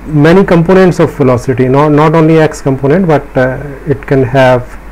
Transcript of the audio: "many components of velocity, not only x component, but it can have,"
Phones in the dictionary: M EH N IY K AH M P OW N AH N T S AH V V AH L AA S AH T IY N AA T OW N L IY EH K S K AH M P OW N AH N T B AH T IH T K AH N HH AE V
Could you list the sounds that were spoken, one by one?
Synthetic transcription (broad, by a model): M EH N IY K AH M P OW N AH N T S AH V F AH L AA S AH T IY N AA T OW N L IY EH K S K AH M P OW N AH N T B AH T IH T K AH N HH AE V